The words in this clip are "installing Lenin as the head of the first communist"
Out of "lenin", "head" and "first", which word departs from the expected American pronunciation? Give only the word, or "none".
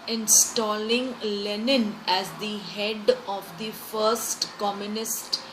none